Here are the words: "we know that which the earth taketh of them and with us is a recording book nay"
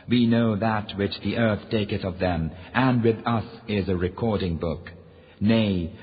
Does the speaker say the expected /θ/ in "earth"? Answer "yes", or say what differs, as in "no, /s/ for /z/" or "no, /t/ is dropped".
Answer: yes